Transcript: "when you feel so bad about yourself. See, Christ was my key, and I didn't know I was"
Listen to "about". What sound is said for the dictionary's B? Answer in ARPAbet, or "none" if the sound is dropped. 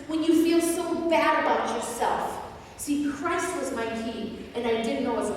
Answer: none